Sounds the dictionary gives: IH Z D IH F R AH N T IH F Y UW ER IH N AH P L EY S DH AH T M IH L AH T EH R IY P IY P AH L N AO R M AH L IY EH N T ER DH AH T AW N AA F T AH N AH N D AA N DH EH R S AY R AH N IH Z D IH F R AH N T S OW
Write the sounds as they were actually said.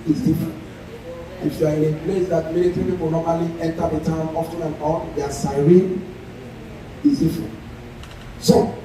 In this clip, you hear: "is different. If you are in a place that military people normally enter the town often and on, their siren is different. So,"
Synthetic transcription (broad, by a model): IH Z D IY F R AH N T IH F Y UW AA IH N AH P L EY S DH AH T M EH N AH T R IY P IY P AH L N AO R M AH L IY EH N T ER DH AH T AW N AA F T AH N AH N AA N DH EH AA S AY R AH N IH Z D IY F R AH N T S OW